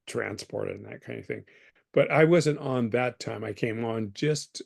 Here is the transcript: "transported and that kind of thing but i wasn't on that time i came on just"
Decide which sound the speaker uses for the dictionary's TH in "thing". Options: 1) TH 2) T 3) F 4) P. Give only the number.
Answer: 1